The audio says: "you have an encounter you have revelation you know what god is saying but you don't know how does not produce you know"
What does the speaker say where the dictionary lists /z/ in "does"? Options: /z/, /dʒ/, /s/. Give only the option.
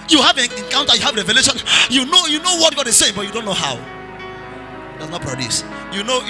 /s/